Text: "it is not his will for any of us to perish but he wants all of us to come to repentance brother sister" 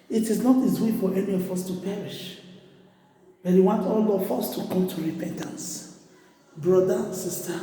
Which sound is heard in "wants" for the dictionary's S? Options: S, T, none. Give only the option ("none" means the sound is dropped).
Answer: none